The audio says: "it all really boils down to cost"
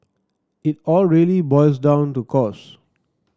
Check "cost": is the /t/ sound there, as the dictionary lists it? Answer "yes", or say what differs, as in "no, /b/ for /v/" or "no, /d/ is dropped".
no, /t/ is dropped